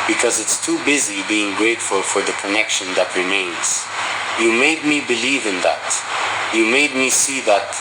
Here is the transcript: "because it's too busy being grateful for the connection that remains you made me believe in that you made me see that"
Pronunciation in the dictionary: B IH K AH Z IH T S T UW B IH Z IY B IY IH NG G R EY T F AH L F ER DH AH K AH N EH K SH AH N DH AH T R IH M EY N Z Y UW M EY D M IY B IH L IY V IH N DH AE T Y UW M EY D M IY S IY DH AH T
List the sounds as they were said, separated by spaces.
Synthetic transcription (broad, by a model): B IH K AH Z IH T S T UW B IH Z IY B IY IH NG G R EY T F AH L F ER DH AH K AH N EH K SH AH N DH AH T R IH M EY N Z Y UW M EY D M IY B IH L IY V IH N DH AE T Y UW M EY D M IY S IY DH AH T